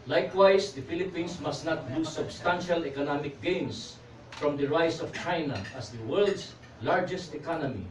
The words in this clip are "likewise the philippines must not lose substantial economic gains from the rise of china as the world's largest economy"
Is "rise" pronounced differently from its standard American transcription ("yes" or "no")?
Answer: yes